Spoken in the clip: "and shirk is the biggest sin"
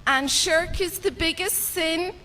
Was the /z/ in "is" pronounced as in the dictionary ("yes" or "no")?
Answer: yes